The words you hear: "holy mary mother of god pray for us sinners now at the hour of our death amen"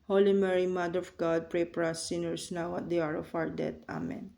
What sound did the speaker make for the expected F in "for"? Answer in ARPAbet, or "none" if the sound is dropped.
P